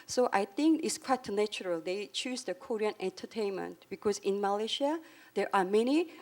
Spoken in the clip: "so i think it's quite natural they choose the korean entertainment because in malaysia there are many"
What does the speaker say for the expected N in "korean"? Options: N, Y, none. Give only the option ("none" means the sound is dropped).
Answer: N